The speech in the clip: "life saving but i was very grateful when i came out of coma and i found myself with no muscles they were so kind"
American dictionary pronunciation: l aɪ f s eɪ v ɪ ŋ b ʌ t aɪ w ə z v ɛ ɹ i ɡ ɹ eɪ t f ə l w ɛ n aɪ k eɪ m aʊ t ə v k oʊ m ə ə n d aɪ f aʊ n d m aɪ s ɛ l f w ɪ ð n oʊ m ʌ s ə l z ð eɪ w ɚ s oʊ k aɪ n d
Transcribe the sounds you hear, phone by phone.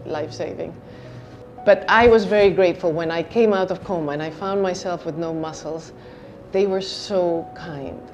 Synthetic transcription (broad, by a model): l aɪ f s eɪ v ɪ ŋ b ʌ t aɪ w ə z v ɛ ɹ i ɡ ɹ eɪ t f l w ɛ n aɪ k eɪ m aʊ t ə v k oʊ m ə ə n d aɪ f aʊ n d m aɪ s ɛ l f w ɪ ð n oʊ m ʌ s l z ð eɪ w ɚ s oʊ k aɪ n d